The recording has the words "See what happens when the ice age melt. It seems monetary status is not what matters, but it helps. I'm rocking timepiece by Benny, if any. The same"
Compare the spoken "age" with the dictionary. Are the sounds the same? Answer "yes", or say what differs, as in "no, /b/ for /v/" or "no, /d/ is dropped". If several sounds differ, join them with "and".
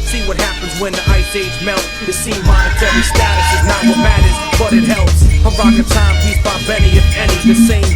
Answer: no, /z/ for /dʒ/